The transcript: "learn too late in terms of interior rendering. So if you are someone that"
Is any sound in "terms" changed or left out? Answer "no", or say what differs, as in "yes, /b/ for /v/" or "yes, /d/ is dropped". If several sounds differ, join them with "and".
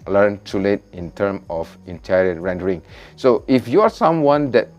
yes, /z/ is dropped